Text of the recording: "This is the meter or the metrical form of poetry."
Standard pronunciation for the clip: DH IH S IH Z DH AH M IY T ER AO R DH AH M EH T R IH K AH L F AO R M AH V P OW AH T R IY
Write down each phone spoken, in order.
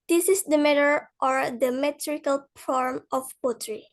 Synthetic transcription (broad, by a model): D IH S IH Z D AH M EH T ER AO R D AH M EH T R IH K AH L P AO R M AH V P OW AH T R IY